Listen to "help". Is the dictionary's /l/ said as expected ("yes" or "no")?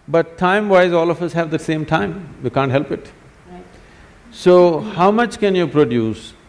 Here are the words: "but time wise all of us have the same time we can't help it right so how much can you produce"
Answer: yes